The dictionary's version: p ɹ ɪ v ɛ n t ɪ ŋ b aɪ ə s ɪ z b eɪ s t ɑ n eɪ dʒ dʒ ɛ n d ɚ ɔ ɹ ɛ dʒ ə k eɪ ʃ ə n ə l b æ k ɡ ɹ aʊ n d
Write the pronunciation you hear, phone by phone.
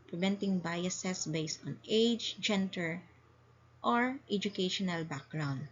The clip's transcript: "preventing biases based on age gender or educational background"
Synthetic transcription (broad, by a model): p ɹ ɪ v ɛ n t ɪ ŋ b aɪ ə s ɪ s b eɪ s t ɑ n eɪ dʒ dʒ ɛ n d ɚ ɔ ɹ ɛ dʒ ə k eɪ ʃ ə n ə l b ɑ k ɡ ɹ aʊ n d